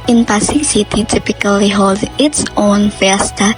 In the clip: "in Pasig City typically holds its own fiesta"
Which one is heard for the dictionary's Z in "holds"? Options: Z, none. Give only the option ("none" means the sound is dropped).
none